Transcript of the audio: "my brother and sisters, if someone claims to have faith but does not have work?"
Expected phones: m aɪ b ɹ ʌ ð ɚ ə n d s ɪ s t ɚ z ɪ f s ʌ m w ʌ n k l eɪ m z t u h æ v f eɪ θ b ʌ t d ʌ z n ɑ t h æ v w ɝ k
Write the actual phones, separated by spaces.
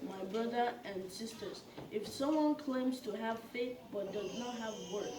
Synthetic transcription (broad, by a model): m aɪ b ɹ ʌ ð ɚ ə n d s ɪ s t ɚ z ɪ f s ʌ m w ʌ n k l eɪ m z t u h æ v f eɪ θ b ʌ t d ʌ z n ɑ t h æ v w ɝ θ